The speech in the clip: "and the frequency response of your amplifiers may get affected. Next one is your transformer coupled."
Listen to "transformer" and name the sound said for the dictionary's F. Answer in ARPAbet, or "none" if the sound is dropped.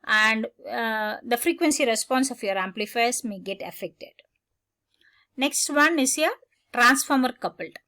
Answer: F